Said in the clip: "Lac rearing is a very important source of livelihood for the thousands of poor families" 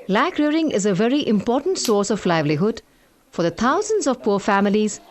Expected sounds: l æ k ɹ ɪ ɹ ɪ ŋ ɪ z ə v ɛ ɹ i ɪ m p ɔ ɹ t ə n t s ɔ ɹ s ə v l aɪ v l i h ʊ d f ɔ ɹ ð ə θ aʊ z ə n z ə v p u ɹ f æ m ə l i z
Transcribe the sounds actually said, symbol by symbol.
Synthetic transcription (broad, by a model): l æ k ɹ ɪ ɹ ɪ ŋ ɪ z ə v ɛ ɹ i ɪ m p ɔ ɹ t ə n t s ɔ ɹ s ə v l aɪ v l i h ʊ d f ɔ ɹ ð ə t aʊ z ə n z ə v p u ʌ f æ m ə l i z